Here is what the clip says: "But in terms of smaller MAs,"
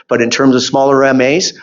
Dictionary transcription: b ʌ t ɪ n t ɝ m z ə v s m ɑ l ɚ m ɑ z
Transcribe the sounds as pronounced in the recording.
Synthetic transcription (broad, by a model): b ʌ t ɪ n t ɝ m z ə v s m ɑ l ɚ m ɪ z